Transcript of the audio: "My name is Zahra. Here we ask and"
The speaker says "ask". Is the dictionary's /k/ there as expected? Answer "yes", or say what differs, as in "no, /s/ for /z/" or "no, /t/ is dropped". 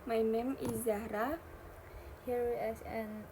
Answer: no, /k/ is dropped